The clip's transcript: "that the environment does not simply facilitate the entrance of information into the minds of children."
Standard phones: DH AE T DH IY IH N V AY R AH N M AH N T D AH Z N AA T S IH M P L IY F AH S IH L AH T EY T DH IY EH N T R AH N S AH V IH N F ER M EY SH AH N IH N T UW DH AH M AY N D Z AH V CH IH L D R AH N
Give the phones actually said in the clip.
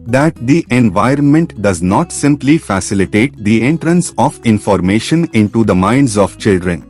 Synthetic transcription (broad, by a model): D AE T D IY IH N V AY R AH N M AH N T D AH Z N AA T S IH M P L IY F AH S IH L AH T EY T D IY EH N T R AH N S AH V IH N F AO M EY SH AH N IH N T UW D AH M AY N D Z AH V CH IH L D R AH N